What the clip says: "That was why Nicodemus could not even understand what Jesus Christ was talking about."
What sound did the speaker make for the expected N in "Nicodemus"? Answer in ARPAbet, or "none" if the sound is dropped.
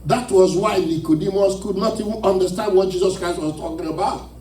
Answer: L